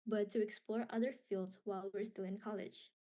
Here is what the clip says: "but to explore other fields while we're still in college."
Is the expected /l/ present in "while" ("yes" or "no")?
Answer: yes